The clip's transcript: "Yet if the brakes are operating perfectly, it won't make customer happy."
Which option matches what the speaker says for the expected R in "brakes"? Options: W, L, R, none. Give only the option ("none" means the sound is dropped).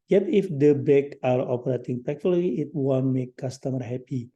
none